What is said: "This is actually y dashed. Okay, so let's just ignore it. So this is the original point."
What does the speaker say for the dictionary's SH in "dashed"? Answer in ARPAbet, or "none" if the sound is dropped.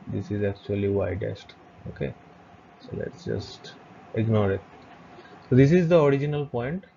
S